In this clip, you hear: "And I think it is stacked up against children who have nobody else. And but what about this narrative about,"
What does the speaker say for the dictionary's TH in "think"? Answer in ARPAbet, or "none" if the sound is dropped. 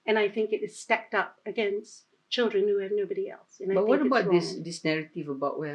TH